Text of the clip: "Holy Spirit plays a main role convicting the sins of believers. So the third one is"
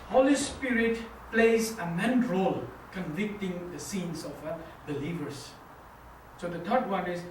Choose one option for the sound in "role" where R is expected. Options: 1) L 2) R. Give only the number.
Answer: 2